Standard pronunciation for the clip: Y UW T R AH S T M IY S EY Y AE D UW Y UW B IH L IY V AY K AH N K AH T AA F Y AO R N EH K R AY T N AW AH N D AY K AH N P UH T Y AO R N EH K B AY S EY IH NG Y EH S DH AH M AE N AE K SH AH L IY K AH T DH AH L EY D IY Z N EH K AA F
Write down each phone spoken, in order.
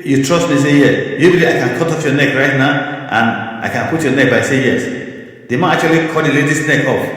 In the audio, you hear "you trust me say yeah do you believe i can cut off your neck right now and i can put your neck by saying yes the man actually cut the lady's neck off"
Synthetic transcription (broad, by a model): Y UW T R AH S T M IY S EY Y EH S Y UW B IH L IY AY K AH N K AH T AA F Y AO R N EH K R AY T N AW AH N AY K AH N P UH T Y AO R N EH K B AY S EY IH Y EH S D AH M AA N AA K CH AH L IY K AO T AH L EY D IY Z N EH K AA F